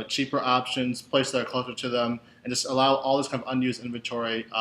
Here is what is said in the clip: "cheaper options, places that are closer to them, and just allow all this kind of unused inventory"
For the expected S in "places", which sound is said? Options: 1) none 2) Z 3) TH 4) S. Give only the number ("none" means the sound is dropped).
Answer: 1